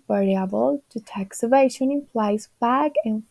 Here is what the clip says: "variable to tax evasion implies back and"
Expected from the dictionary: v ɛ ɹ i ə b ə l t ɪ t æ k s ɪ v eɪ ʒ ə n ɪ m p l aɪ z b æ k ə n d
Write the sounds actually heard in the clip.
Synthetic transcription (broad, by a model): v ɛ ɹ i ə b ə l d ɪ t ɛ k s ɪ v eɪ ʃ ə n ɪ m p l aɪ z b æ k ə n